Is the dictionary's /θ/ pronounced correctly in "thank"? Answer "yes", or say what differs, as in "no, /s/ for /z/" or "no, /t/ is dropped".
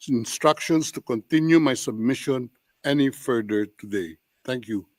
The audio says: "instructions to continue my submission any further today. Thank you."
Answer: no, /t/ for /θ/